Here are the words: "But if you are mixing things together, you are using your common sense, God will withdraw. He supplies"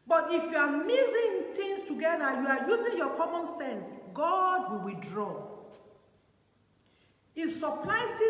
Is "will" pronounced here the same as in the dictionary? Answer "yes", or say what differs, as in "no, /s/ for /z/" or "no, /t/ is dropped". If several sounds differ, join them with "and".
yes